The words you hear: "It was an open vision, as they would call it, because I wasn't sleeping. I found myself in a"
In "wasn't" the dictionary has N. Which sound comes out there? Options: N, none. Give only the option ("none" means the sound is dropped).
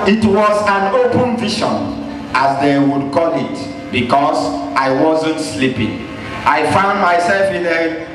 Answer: N